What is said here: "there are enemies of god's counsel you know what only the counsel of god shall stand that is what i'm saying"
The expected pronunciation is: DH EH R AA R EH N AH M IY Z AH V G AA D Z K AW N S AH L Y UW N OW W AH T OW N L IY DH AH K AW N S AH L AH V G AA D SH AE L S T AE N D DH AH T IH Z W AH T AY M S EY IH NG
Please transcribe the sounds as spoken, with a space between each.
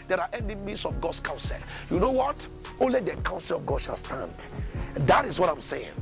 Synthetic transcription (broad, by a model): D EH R AA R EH N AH M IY S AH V G AA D S K AW N S AH L Y UW N OW W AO T OW N L IY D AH K AW N S AH L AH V G AA D SH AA L S T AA N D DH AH T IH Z W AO T AY M S EY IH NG